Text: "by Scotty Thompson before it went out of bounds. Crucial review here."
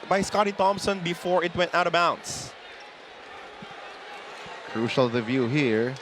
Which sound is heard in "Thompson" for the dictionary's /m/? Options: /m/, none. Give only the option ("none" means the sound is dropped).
/m/